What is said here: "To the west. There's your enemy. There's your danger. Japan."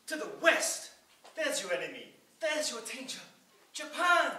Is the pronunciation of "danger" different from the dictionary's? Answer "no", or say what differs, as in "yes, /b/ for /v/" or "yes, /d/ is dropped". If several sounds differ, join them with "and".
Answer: yes, /tʃ/ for /dʒ/